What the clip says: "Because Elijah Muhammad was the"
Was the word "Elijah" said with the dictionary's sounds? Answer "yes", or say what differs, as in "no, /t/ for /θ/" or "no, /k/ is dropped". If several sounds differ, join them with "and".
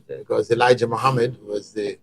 yes